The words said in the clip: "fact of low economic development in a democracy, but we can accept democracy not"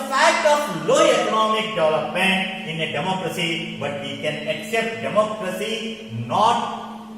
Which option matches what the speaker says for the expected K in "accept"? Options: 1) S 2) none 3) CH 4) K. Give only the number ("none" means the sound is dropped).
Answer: 4